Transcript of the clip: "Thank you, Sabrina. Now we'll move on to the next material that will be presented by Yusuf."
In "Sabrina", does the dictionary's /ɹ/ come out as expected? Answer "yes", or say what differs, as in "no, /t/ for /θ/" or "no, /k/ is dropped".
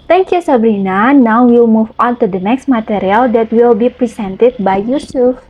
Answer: yes